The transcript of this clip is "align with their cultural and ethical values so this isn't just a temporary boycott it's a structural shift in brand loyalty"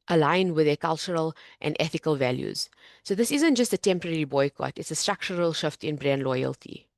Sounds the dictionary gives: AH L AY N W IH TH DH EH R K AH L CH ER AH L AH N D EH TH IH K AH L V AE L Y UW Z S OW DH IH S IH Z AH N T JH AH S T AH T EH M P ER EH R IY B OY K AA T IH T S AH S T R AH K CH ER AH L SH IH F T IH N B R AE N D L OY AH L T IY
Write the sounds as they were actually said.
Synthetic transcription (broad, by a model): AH L AY N W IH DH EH K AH L CH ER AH L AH N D EH TH IH K AH L V AE L Y UW Z S OW DH IH S IH Z AH N T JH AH S T AH T EH M P ER EH R IY B OY K AA T IH T S AH S T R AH K CH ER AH L SH IH F T IH N B R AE N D L OY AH L T IY